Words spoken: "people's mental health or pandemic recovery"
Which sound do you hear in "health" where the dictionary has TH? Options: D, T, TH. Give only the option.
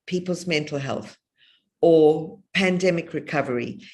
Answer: TH